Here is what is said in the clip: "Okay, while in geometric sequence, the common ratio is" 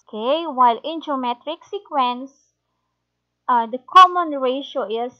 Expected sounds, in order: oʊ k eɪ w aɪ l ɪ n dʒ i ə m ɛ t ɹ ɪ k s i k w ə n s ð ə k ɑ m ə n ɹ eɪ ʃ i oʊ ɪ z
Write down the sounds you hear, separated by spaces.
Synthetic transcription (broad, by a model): k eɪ w aɪ l ɪ n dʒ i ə m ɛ t ɹ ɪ k s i k w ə n s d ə k ɑ m ə n ɹ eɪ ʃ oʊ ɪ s